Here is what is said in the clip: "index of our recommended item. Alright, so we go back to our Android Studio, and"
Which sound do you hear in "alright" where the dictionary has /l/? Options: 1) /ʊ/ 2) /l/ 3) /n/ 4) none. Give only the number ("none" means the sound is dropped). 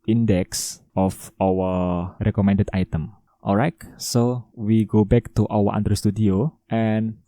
2